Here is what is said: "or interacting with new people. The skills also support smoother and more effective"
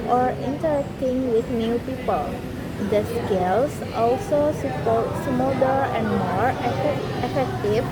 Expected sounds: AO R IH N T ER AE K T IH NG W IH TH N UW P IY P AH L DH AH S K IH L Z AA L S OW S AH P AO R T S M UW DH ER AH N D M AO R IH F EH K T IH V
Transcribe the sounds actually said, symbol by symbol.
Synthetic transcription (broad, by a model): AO R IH N T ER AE K T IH NG W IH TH N UW P IY P AH L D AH S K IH L S AA L S OW S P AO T S M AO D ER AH N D M AO R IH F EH K T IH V